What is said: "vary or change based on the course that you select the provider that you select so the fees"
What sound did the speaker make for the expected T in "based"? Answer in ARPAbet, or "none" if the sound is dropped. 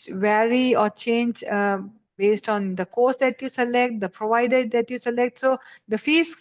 T